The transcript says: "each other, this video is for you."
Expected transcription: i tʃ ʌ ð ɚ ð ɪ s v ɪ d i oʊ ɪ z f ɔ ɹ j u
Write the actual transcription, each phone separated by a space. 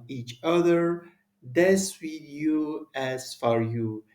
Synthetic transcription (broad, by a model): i tʃ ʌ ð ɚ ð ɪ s w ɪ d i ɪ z f ɔ ɹ j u